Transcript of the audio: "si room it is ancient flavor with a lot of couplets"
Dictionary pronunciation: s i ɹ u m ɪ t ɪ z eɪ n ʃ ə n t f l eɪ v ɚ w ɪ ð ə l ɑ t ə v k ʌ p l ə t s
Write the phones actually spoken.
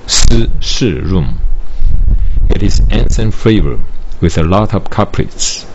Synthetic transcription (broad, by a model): s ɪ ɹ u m ɪ t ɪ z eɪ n s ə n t f eɪ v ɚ w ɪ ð ə l ɑ t ə v k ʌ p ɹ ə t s